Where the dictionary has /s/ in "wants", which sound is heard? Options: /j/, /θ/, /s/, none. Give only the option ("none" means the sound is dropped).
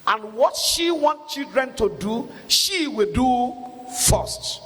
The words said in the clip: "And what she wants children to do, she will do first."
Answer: none